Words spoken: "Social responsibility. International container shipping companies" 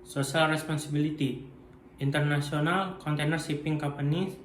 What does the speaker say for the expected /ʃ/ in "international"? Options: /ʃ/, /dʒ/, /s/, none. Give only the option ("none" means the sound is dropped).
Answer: /s/